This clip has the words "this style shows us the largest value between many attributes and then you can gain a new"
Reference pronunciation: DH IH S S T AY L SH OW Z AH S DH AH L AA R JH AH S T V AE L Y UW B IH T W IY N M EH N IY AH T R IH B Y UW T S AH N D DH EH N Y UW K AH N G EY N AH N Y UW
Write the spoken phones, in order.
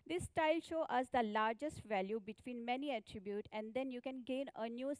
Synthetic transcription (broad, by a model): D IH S S T AY L SH OW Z AH S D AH L AA R JH AH S T V AE L Y UW B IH T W IY N M EH N IY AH T R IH B Y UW T AH N D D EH N Y UW K AH N G EY N AH N Y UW